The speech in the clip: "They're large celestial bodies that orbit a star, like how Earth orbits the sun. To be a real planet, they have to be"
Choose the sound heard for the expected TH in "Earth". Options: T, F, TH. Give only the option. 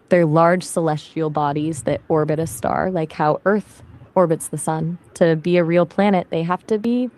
TH